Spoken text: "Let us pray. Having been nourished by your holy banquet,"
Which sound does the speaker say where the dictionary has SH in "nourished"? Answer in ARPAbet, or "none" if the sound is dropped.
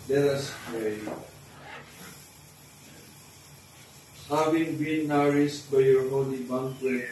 S